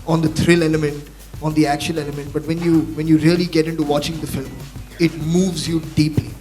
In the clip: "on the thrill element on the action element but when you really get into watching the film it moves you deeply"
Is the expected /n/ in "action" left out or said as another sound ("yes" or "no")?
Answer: yes